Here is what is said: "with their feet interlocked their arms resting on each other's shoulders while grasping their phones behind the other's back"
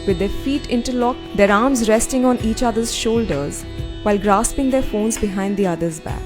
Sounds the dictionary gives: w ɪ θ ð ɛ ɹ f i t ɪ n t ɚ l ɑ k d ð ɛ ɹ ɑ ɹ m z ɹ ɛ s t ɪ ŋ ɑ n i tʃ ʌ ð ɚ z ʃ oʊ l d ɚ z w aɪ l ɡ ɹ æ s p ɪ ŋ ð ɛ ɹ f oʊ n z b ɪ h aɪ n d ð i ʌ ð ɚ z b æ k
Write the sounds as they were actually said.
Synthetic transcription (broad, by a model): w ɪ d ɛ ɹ f i t ɪ n t ɚ l ɑ k d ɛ ɹ ɑ ɹ m z ɹ ɛ s t ɪ ŋ ɑ n i tʃ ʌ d ɚ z ʃ oʊ l d ɚ z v aɪ l ɡ ɹ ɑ s p ɪ ŋ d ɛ ɹ f oʊ n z b ɪ h aɪ n d i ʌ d ɚ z b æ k